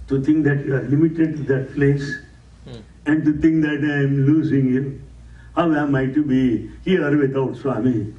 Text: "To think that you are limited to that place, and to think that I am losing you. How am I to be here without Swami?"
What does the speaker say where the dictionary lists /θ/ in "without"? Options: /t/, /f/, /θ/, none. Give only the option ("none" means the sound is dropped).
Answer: /t/